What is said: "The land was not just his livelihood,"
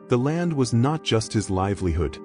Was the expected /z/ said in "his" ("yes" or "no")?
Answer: yes